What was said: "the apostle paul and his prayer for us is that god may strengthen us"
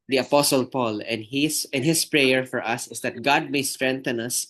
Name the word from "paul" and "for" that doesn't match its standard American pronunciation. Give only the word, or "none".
none